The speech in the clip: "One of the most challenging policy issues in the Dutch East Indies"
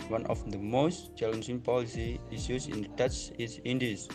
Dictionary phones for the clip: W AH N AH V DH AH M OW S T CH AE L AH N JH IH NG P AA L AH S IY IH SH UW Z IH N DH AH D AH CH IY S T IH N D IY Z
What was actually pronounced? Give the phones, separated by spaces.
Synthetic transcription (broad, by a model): W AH N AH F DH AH M OW S T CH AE L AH N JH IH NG P AA L AH S IY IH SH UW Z IH N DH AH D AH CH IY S IH N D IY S